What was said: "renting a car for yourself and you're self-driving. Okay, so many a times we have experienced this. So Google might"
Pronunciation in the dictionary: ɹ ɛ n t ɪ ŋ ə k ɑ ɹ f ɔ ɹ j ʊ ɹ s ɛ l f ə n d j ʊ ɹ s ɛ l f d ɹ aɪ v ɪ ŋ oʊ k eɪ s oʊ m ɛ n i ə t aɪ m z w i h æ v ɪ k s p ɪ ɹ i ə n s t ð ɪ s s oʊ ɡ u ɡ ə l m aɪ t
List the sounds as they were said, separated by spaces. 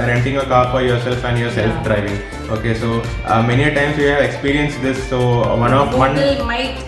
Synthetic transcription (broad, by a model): ɹ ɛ n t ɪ ŋ ə k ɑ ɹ f ɔ ɹ j ʊ ɹ s ɛ l f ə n j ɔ ɹ s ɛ l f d ɹ aɪ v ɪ ŋ oʊ k eɪ s oʊ m ɛ n i ə t aɪ m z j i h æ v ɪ k s p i ɹ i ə n s t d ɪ s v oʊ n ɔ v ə n m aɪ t